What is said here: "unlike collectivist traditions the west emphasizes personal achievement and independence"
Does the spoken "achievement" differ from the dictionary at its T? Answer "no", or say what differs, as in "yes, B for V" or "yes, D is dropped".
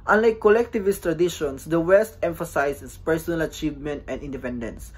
no